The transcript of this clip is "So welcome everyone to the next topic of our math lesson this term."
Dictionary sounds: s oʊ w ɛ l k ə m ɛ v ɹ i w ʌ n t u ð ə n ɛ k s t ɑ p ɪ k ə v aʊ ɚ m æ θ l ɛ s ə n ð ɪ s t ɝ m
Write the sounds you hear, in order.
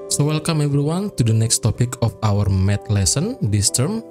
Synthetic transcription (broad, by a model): s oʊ w ɛ l k ə m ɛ b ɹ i w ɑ n t u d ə n ɛ k s t ɑ p ɪ k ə f aʊ ɚ m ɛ t l ɛ s ə n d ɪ s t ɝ m